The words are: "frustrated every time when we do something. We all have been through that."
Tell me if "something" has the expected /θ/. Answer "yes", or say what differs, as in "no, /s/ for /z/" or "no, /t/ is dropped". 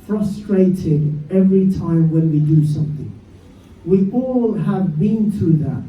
yes